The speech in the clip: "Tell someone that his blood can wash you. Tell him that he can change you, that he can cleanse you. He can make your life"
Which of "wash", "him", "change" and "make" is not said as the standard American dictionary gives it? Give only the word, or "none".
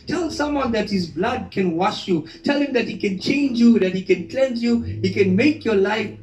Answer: none